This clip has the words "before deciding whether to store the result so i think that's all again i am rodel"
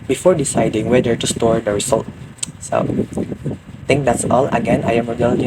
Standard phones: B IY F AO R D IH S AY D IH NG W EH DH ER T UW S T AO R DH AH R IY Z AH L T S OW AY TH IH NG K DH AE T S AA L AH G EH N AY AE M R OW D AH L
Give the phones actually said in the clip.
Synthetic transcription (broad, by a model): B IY F AO R D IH S AY D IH NG W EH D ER T UW S T AO R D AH R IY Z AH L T S OW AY T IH NG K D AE T S AA L AH G EH N AY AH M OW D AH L